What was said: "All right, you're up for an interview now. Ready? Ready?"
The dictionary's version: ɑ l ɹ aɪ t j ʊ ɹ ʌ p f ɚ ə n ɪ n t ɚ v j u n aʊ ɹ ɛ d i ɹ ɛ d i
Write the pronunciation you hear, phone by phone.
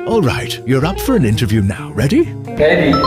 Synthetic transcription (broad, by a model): ɑ l ɹ aɪ t j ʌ ɹ ʌ p f ɚ ə n ɪ n t ɚ v j u n aʊ ɹ ɛ d i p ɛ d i